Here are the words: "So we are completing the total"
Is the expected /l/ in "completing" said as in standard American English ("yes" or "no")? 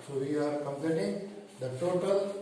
no